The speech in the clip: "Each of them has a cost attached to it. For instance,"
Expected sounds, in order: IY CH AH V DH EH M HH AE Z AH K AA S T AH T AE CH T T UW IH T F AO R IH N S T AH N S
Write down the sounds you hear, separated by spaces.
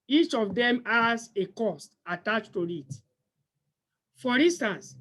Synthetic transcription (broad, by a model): IY CH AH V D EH M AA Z AH K AA S T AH T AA CH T T UW IH T F AO R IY N S T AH N S